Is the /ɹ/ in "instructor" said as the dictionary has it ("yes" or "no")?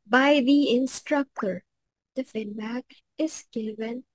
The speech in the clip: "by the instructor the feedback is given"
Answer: yes